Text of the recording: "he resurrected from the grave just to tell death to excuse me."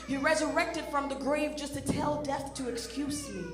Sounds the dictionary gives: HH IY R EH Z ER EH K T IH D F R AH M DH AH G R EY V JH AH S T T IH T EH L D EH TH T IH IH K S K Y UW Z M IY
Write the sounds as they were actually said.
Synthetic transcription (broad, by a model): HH IY R EH Z ER EH K T IH D F R AH M DH AH G R EY V JH AH S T T IH T EH L D EH TH T IH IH K S K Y UW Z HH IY